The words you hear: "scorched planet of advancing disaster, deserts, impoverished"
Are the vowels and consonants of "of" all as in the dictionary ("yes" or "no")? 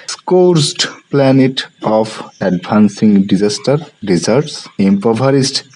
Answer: no